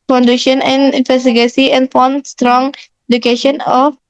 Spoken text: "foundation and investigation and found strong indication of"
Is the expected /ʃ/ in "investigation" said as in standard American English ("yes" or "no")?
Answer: no